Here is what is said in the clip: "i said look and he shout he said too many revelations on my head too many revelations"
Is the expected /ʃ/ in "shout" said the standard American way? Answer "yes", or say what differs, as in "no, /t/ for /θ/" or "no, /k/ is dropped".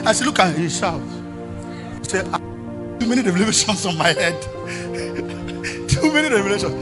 no, /s/ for /ʃ/